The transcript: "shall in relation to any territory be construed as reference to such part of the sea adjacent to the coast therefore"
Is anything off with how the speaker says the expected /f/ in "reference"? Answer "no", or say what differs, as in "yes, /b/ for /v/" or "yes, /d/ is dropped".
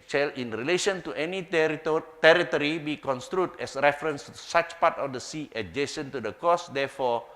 no